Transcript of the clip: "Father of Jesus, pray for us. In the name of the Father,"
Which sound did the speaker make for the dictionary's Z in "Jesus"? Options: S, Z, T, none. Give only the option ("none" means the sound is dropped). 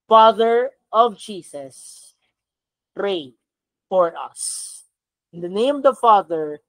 S